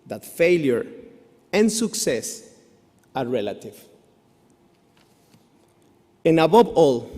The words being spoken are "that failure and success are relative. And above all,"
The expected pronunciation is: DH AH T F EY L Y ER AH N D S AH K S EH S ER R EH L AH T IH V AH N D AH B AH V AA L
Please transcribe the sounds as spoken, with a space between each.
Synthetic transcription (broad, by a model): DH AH T F EY L Y ER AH N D S AH K S EH S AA R EH L AH T IH V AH N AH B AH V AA L